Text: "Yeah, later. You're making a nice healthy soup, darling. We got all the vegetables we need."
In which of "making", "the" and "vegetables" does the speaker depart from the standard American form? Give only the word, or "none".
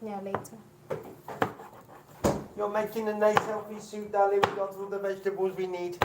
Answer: none